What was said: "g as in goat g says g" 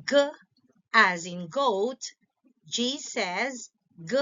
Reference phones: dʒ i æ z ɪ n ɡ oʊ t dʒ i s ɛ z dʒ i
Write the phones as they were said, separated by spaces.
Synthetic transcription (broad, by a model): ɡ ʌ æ z ɪ n ɡ oʊ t dʒ i s ɛ z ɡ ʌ